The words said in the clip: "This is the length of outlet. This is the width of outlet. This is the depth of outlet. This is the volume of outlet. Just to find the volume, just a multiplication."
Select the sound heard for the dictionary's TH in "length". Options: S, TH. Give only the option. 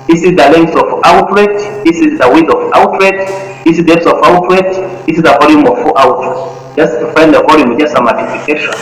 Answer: S